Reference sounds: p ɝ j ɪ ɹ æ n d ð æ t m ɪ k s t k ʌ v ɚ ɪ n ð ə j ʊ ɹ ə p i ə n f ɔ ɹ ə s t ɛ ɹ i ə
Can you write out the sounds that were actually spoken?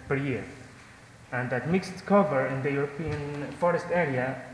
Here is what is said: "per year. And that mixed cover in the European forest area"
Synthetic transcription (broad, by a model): p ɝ j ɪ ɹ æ n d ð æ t m ɪ k s t k ʌ v ɚ ɪ n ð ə j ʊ ɹ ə p i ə n f ɔ ɹ ə s t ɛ ɹ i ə